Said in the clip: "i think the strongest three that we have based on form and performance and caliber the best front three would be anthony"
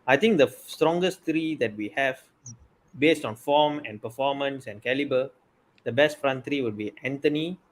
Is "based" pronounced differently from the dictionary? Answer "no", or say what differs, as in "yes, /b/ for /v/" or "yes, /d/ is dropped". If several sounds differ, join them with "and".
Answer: no